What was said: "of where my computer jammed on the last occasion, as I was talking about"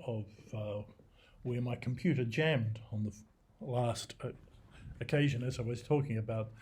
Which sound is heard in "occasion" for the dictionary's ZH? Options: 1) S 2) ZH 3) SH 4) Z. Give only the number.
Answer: 2